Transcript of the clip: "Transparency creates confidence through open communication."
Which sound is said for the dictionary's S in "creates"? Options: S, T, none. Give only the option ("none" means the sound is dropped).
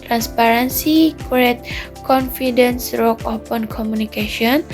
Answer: none